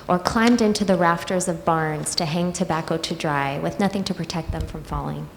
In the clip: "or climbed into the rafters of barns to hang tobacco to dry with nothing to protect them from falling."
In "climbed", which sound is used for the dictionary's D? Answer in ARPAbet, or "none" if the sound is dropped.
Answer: D